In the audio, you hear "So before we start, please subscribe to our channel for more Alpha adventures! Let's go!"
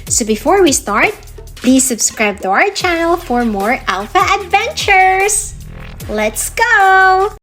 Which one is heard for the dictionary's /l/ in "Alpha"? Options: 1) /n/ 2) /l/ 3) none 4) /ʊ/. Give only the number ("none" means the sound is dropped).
2